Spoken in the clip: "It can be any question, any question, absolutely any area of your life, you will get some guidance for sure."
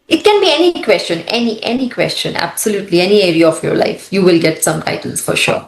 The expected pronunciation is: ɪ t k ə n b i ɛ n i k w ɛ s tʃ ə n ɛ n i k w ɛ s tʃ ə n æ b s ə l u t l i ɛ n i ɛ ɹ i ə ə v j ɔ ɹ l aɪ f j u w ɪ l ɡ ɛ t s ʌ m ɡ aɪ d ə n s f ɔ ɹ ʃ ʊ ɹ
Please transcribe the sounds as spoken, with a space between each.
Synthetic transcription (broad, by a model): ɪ t k ə n b i ɛ n i k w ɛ s tʃ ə n ɛ n i k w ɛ s tʃ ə n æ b s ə l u t l i ɛ n i ɛ ɹ i ə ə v j ɔ ɹ l aɪ f j u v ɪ l ɡ ɛ t s ʌ m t aɪ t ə l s f ɔ ɹ ʃ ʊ ɹ